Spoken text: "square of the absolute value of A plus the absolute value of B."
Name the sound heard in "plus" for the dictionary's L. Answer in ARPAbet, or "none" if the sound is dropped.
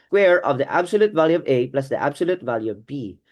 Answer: L